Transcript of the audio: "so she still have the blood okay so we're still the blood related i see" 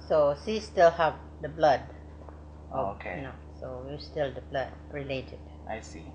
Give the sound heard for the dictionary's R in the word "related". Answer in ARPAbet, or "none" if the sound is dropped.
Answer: R